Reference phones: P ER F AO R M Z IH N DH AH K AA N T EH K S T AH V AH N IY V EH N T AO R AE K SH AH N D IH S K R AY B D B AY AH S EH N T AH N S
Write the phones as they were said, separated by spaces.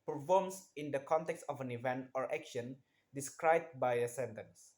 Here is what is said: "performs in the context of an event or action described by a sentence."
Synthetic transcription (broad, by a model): P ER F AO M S IH N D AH K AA N T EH K S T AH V AH N IY V EH N T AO R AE K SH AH N D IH S K R AY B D B AY AH S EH N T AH N S